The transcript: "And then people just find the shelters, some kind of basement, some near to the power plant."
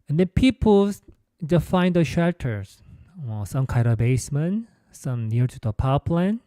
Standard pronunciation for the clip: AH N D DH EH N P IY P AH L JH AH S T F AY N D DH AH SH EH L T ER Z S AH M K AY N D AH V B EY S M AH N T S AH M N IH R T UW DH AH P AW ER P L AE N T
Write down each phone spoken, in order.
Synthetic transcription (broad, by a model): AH N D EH N P IY P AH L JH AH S F AY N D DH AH SH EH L T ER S S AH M K AY D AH B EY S M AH N S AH M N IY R T UW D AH P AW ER P L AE N